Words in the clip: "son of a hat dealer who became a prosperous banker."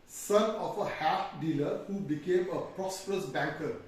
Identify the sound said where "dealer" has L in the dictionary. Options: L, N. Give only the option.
L